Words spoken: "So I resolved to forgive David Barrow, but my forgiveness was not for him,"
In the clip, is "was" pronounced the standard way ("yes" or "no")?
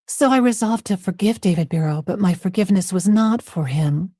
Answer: yes